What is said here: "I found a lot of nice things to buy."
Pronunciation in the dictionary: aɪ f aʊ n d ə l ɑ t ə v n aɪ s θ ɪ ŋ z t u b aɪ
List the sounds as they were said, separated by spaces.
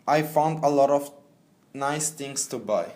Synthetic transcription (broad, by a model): aɪ f aʊ n d ə l ɑ t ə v n aɪ s t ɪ ŋ s t u b aɪ